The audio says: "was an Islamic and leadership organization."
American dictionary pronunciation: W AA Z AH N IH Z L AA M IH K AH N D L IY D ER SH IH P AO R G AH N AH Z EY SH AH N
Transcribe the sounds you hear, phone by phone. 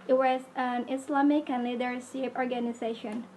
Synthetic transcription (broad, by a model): W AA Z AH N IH S L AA M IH K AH N L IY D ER S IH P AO R G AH N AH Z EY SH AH N